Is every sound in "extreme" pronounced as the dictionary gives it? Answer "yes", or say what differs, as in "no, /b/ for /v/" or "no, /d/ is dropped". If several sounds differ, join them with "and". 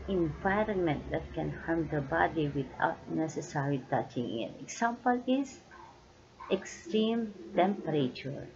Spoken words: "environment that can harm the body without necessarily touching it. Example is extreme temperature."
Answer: yes